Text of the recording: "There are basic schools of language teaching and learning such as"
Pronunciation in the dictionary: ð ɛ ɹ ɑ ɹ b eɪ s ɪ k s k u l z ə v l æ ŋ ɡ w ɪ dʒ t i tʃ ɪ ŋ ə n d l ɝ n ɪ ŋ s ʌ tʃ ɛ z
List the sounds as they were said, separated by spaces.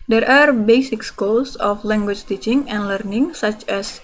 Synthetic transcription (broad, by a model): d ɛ ɹ ɑ ɹ b eɪ s ɪ k s k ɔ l s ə f l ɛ ŋ ɡ w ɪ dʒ t i tʃ ɪ ŋ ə n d l ɝ n ɪ ŋ s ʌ tʃ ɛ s